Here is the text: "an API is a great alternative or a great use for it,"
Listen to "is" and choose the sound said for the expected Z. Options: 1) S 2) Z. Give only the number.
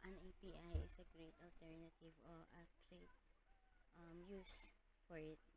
1